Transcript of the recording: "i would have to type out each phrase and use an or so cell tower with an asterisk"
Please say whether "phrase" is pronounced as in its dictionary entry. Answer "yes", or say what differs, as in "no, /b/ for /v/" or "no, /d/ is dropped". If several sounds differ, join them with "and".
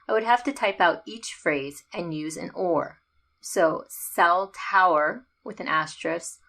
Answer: yes